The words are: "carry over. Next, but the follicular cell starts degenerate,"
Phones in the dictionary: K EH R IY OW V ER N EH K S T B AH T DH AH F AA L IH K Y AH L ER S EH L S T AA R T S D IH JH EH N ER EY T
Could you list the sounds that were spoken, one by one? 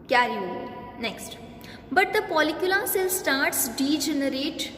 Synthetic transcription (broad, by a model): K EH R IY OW N EH K S T B AH T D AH P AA L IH K Y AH L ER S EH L S T AA R T S D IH JH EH N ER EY T